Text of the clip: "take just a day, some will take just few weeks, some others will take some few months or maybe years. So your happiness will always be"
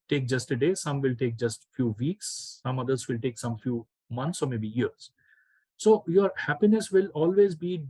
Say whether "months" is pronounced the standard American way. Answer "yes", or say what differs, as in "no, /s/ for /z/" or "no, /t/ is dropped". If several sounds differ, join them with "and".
no, /t/ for /θ/